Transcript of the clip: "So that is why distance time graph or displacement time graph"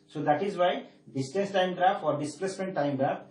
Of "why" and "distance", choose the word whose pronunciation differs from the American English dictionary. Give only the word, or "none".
distance